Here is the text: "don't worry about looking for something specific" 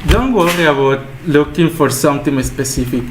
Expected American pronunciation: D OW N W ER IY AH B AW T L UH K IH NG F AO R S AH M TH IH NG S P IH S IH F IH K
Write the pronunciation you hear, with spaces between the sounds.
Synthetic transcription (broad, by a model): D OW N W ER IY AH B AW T L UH K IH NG F AO R S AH M T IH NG S P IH S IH F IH K